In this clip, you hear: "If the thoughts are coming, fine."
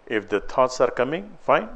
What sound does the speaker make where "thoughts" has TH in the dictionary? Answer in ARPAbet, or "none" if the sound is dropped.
T